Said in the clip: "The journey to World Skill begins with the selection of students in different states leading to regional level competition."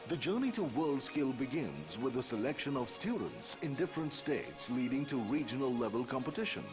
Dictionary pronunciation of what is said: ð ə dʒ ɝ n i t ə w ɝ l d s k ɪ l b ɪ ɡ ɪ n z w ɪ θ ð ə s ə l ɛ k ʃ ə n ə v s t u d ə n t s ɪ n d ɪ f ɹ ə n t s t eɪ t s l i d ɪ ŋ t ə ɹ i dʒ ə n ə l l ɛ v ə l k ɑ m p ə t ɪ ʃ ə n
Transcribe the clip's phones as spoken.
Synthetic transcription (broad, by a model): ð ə dʒ ɝ n i t ə w ɝ l d s k ɪ l b ɪ ɡ ɪ n z w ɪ ð ə s ə l ɛ k ʃ ə n ə v s t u d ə n t s ɪ n d ɪ f ɹ ə n t s t eɪ t s l i d ɪ ŋ t ə ɹ i dʒ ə n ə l l ɛ v ə l k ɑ m p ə t ɪ ʃ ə n